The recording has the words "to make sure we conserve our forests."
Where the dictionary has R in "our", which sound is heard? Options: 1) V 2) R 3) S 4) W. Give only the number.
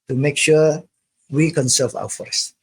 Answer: 4